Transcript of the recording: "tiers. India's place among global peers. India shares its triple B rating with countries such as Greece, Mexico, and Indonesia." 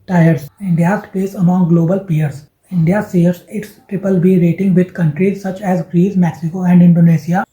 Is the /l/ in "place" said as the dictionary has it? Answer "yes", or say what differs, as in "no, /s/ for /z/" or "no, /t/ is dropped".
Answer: no, /l/ is dropped